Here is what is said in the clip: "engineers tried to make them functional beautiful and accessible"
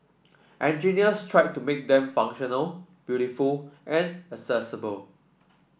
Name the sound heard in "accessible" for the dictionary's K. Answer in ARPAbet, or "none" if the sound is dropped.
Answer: none